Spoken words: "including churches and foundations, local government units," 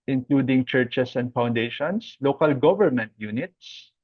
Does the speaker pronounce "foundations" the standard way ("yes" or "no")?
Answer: no